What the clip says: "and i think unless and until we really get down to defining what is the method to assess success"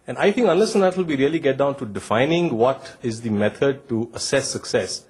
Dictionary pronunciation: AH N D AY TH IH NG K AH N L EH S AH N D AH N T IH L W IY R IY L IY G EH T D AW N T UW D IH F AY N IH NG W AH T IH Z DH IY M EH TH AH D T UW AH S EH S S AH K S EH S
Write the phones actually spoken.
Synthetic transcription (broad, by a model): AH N AY T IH NG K AH N L EH S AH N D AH T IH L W IY R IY L IY G EH T D AW N T UW D IH F AY N IH NG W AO T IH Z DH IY M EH T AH D T UW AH S EH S S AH K S EH S